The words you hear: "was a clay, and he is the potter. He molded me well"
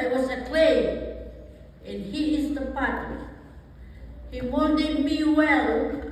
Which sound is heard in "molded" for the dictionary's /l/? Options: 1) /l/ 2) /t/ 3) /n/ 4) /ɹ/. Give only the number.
3